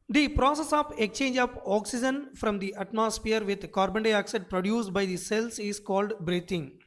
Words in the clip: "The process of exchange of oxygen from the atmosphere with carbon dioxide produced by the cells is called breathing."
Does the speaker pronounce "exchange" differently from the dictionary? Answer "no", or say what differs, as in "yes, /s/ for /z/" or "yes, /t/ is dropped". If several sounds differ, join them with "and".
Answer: yes, /s/ is dropped